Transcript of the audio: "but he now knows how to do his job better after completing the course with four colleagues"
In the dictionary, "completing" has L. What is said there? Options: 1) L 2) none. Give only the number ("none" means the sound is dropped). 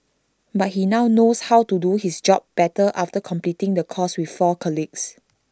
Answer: 1